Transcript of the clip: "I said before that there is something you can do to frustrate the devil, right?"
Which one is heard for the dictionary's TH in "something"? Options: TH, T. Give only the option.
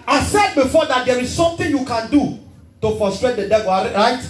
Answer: T